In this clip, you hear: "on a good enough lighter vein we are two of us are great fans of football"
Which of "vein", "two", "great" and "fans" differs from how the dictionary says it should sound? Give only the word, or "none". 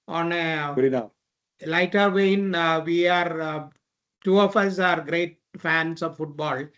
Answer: fans